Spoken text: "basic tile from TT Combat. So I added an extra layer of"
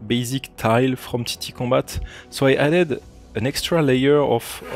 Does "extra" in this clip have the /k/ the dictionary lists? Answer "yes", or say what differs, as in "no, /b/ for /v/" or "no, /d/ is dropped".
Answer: yes